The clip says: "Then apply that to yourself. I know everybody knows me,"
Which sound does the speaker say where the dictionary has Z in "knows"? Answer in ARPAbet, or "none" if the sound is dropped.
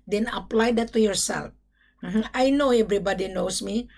S